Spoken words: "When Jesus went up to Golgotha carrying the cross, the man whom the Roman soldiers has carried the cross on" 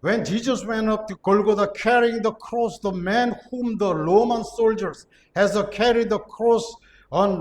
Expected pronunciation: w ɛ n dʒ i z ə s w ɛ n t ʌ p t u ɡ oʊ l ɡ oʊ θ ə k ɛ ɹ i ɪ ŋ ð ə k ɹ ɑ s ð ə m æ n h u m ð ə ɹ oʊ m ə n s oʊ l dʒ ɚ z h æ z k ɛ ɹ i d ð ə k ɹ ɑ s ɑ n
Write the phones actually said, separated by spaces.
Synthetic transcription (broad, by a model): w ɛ n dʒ i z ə s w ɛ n ʌ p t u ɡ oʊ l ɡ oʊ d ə k ɛ ɹ i ɪ ŋ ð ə k ɹ ɑ s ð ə m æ n h u m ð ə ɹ oʊ m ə n s oʊ l dʒ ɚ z h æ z k ɛ ɹ i d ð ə k ɹ ɑ s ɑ n